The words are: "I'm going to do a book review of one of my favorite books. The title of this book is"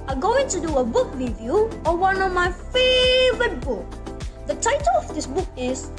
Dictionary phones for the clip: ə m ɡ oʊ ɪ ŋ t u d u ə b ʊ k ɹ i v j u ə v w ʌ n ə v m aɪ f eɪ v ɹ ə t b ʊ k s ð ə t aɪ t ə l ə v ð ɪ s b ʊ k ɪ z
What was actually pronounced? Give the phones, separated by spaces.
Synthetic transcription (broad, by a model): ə ɡ oʊ ɪ ŋ t u d u ə b ʊ k ɹ i v j u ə w ʌ n ə v m aɪ f eɪ v ɹ ə t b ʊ k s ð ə t aɪ t ə l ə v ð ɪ s b ʊ k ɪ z